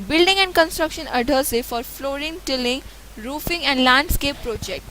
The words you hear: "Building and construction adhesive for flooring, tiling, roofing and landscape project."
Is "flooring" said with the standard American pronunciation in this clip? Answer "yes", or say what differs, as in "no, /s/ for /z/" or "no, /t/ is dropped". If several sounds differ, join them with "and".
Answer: yes